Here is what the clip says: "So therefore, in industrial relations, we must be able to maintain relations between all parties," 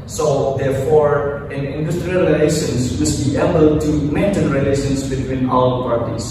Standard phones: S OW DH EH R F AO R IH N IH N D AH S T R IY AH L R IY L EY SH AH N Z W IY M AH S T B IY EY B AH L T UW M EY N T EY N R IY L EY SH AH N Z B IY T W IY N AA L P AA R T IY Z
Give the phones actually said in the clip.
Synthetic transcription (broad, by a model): S OW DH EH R F AO R IH N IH N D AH S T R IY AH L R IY L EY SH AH N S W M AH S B IY EY B AH L T UW M EY N T EY N R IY L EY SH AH N S B IY T W IY N AA W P AA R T IY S